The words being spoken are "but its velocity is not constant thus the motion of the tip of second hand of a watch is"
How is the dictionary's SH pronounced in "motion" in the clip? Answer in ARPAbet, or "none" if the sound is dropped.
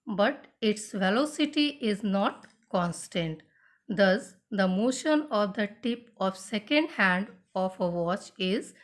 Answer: SH